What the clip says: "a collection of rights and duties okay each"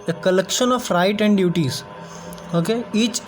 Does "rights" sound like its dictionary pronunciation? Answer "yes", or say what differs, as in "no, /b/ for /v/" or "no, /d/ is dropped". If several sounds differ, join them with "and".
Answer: no, /s/ is dropped